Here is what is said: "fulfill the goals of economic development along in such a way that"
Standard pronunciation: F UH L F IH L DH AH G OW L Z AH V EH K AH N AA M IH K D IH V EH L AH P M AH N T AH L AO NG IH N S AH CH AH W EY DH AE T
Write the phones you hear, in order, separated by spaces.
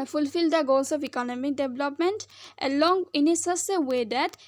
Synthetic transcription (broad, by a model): F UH L F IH L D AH G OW L S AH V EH K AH N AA M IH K D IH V L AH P M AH N T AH L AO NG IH N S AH S AH W EY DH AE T